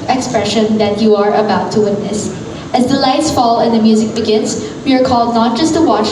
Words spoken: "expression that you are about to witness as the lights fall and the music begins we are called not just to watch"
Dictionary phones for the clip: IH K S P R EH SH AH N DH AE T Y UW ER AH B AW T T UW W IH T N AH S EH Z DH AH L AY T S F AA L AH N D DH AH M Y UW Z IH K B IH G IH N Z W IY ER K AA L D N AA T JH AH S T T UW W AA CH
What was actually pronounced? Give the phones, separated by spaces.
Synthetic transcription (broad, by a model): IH K S P R EH SH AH N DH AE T Y UW ER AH B AW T T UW W IH T N AH S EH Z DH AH L AY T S F AA L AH N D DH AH M Y UW Z IH K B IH G IH N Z W IY ER K AA L D N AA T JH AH S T T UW W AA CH